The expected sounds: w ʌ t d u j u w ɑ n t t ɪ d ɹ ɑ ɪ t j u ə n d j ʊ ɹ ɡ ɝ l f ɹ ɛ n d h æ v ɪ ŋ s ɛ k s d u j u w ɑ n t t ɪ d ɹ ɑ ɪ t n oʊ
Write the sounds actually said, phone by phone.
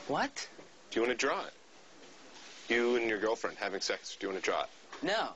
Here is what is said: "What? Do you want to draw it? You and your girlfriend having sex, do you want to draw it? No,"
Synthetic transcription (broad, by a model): w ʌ t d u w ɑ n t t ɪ d ɹ ɑ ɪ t j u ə n j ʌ ɹ ɡ ɝ l f ɹ ɛ n d h æ v ɪ ŋ s ɛ k s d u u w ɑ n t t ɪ d ɹ ɑ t n oʊ